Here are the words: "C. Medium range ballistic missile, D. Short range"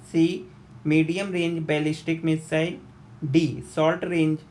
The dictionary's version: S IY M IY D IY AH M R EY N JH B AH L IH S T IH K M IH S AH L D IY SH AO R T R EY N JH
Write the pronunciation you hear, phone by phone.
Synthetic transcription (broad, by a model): S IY M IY D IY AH M R EY N JH B AH L IH S T IH K M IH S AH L D IY S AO L T R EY N JH